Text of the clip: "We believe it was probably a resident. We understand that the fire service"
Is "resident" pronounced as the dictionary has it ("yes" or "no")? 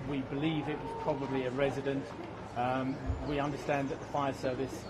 yes